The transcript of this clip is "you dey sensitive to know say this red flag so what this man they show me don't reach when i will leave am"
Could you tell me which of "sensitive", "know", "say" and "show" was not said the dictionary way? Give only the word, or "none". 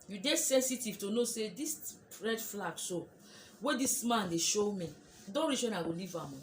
none